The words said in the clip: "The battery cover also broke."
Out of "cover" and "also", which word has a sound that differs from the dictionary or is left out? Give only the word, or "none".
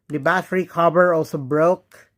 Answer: cover